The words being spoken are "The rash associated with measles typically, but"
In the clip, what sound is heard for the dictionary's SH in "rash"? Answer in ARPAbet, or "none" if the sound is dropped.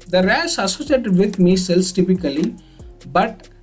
S